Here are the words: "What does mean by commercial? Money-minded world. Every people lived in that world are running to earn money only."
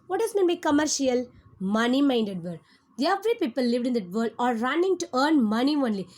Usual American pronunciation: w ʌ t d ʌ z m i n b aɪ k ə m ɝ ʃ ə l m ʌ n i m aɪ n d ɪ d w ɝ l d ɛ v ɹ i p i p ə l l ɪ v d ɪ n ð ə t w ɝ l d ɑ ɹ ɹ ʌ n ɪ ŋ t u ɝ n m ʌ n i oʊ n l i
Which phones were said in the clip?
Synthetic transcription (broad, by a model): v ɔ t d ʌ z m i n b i k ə m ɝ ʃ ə l m ʌ n i m aɪ n d ɪ d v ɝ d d ɛ v ɹ i p i p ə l l ɪ v d ɪ n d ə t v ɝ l d ɑ ɹ ɹ ʌ n ɪ ŋ t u ɝ n m ʌ n i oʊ n l i